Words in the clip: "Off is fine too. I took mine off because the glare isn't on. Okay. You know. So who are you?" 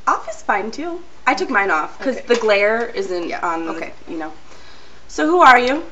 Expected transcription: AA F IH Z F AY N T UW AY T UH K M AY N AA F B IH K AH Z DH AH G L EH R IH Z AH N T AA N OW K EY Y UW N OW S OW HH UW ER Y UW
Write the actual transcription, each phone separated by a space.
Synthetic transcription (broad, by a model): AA F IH S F AY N T UW AY T UH K M AY N AA F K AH Z DH AH G L EH R IH Z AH N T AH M OW K EY Y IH N OW S OW HH UW ER Y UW